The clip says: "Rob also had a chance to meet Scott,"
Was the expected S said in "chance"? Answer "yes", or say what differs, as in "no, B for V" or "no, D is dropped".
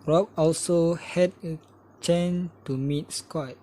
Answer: no, S is dropped